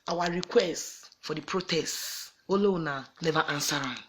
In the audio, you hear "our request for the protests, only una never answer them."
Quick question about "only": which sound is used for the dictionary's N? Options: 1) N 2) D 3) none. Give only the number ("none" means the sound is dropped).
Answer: 3